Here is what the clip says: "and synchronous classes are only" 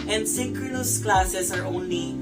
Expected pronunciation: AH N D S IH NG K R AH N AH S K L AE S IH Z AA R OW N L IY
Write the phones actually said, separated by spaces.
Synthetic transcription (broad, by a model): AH N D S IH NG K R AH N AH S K L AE S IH S AA R OW N L IY